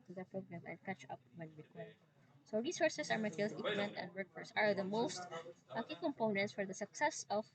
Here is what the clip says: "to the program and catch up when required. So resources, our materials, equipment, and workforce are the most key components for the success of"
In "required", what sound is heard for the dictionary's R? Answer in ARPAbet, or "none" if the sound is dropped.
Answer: W